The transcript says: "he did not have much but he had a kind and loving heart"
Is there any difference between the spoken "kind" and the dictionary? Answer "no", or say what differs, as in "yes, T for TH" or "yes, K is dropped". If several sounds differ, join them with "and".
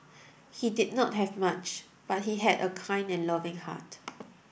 yes, D is dropped